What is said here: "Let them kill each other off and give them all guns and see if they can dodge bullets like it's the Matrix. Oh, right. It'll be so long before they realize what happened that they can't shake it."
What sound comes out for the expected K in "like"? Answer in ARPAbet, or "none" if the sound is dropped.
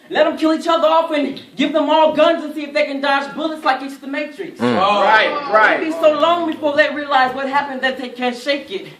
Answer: K